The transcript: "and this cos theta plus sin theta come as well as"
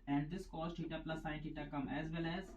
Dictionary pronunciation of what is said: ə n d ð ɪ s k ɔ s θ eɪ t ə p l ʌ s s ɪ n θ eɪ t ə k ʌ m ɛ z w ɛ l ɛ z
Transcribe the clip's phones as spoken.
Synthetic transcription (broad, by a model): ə n d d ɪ s k ɔ s t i t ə p l ʌ s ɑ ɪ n t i t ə k ʌ m ɛ z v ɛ l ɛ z